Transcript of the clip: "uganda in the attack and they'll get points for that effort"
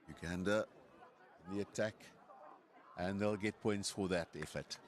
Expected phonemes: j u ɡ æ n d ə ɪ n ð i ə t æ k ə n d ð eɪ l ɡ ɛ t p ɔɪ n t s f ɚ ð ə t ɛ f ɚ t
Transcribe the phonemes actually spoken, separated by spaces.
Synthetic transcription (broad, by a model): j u ɡ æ n d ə ɪ n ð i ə t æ k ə n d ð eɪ l ɡ ɛ t p ɔɪ n t s f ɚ ð ə t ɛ f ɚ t